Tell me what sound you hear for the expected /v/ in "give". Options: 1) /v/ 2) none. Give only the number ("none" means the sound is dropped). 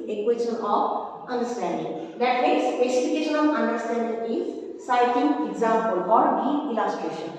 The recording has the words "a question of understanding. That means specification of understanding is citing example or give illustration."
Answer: 2